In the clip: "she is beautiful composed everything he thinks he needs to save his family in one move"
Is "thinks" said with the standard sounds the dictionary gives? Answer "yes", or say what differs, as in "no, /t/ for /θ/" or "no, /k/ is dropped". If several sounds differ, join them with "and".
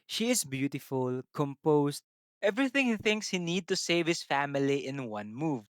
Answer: yes